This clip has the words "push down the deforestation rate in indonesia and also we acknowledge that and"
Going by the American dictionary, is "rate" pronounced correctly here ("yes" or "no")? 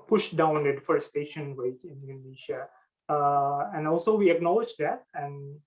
no